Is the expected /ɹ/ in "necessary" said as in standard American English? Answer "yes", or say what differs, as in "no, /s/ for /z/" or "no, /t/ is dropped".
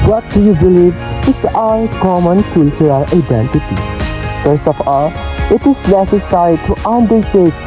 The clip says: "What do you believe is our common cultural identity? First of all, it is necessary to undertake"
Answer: no, /ɹ/ is dropped